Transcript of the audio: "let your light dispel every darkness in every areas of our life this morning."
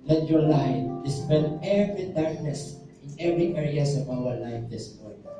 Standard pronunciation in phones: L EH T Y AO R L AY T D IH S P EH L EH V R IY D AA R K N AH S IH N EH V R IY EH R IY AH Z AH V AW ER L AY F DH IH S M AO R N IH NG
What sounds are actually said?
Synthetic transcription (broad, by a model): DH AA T Y AO R L AY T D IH S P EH N EH V R IY D AA R K N AH S IH N EH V R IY EH R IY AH S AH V AW ER L AY F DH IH S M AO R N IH